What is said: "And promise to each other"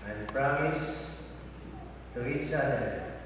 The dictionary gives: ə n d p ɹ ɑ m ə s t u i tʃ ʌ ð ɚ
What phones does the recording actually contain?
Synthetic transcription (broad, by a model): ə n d p ɹ ɑ m ə s t u i tʃ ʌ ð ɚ